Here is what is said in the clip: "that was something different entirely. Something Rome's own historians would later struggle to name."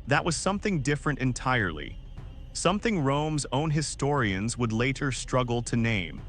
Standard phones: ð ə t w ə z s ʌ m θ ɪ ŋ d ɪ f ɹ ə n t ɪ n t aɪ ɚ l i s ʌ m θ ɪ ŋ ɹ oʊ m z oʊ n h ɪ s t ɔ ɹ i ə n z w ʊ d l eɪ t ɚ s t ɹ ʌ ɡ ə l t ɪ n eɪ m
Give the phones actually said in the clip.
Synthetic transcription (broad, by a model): ð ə t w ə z s ʌ m θ ɪ ŋ d ɪ f ɹ ə n t ɪ n t aɪ ɚ l i s ʌ m θ ɪ ŋ ɹ oʊ m z oʊ n h ɪ s t ɔ ɹ i ə n z w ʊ d l eɪ t ɚ s t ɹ ʌ ɡ l t ɪ n eɪ m